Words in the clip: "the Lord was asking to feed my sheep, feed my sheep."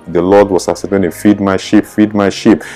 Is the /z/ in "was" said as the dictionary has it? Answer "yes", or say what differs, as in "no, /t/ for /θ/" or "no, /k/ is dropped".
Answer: no, /s/ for /z/